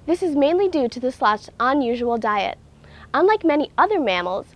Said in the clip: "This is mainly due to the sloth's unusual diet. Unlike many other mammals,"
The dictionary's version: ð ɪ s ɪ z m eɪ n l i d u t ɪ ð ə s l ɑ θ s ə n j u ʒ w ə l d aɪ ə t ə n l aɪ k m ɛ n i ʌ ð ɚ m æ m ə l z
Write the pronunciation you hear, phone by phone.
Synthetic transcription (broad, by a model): ð ɪ s ɪ z m eɪ n l i d u t ɪ ð ə s l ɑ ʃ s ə n j u ʒ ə l d aɪ ə t ə n l aɪ k m ɛ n i ʌ ð ɚ m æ m l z